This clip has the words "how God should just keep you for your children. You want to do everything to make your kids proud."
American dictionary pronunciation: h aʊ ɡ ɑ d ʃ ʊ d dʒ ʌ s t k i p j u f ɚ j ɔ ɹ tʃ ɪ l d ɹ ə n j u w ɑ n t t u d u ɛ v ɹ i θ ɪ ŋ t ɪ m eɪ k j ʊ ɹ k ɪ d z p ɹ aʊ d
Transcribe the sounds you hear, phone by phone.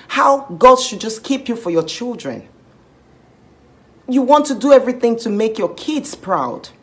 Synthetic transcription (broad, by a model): h aʊ ɡ ɑ d ʃ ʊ d dʒ ʌ s k i p j u f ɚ j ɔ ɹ tʃ ɪ l d ɹ ə n j u w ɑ n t t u d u ɛ v ɹ i θ ɪ ŋ t ɪ m eɪ k j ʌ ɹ k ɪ d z p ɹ aʊ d